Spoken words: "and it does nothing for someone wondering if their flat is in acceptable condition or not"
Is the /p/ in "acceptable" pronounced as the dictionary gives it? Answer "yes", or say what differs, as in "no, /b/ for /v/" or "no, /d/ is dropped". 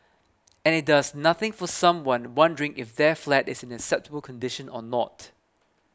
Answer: yes